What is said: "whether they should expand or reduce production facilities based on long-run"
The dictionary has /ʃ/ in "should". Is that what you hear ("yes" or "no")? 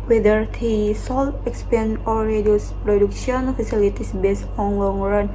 no